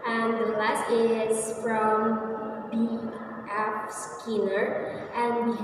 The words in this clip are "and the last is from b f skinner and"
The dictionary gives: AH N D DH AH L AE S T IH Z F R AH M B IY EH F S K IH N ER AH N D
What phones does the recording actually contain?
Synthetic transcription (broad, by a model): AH N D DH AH L AE S T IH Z F R AH M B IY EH P S K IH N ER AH N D